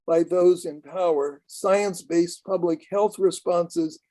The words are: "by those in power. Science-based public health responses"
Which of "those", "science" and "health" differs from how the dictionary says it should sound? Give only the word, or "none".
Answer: none